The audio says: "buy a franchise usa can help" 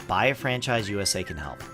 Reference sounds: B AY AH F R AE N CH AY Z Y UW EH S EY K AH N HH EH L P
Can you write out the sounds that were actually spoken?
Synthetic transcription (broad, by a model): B AY AH F R AE N CH AY Z Y UW EH S EY K AH N HH EH L P